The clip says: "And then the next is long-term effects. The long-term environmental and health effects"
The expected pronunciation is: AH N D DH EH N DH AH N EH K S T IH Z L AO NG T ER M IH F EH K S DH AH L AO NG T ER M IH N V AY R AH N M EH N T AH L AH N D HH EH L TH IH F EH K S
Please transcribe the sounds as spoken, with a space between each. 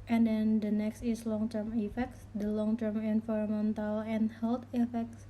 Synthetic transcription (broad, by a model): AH N D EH N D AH N EH K S T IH S L AO NG T ER M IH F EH K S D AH L AO NG T ER M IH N F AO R M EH N T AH L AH N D HH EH L T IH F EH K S